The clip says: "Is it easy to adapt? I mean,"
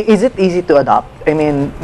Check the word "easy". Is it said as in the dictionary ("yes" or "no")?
yes